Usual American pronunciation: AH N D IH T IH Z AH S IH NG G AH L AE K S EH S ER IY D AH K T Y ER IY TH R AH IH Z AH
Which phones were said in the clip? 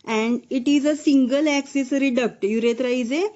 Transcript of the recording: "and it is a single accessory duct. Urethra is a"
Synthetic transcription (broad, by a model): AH N D IH T IH Z AH S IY NG G AH L AE K S EH S ER IY D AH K T Y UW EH T R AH IH Z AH